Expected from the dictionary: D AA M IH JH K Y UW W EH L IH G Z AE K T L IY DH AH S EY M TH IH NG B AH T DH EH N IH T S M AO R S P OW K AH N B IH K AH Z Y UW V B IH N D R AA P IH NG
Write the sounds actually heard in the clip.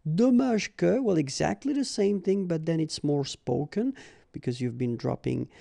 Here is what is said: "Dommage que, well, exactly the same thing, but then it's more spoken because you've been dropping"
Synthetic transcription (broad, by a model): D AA M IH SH K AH W EH L IH G Z AE K T L IY DH AH S EY M TH IH NG B AH T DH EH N IH T S M AO R S P OW K AH N B IH K AH Z Y UW V B IH N D R AA P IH NG